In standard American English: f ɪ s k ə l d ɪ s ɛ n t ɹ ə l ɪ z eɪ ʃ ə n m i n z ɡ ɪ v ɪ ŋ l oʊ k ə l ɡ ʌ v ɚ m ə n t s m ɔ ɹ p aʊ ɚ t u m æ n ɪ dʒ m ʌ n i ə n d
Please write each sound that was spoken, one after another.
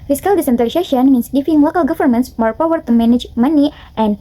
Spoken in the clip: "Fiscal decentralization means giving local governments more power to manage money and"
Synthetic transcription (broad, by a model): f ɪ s k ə l d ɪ s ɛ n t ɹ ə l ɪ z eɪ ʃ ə n m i n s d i f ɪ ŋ l oʊ k ə l ɡ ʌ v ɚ m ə n s m ɔ ɹ p aʊ ɚ t u m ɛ n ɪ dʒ m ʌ n i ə n